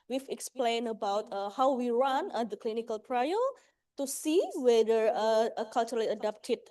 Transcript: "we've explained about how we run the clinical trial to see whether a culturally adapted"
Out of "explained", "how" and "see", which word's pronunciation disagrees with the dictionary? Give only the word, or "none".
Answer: explained